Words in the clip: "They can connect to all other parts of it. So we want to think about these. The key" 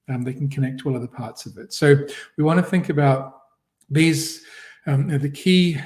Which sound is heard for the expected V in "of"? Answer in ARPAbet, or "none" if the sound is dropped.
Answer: V